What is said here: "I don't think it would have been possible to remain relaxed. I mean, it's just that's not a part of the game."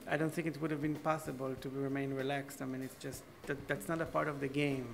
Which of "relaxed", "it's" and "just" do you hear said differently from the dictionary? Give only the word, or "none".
none